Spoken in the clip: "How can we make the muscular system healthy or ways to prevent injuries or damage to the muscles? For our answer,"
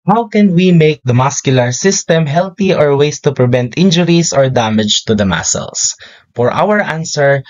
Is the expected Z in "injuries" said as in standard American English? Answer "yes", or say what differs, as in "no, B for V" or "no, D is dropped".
no, S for Z